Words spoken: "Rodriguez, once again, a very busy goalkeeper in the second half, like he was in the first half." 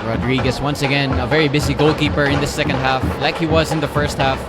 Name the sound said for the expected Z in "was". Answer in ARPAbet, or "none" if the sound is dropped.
Z